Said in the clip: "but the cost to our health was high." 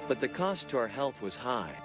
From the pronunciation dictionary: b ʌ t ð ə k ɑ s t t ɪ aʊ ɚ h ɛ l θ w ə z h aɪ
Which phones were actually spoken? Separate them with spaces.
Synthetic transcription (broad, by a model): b ʌ t ð ə k ɑ s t t ɪ aʊ ɚ h ɛ l θ w ə z h aɪ